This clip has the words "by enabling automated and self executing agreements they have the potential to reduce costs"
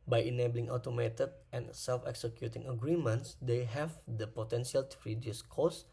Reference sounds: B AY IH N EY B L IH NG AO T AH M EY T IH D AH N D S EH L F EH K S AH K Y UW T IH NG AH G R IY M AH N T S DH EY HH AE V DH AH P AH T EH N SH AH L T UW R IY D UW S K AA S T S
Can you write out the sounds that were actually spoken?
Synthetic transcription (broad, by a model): B AY IH N EY B L IH NG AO T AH M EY T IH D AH N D S EH L F EH K S AH K Y UW T IH NG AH G R IY M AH N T S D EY HH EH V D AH P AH T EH N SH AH L T UW R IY D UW S K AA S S